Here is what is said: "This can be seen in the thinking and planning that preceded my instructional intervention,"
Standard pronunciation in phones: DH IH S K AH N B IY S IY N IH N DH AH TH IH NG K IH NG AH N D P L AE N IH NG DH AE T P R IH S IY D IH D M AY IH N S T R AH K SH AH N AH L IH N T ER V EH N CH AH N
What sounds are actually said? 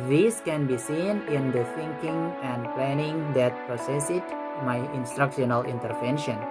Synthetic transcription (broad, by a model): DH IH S K AH N B IY S IY N IH N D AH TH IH NG K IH NG AH N D P L AE N IH NG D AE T P R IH S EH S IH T M AY IH N S T R AH K SH AH N AH L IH N T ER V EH N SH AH N